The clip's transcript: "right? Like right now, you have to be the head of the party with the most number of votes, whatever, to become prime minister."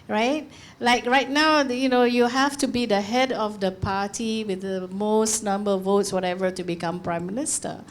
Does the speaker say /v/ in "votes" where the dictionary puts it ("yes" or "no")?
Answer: yes